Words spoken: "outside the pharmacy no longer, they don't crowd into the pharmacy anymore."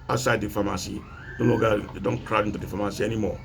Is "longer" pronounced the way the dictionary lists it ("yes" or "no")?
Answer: no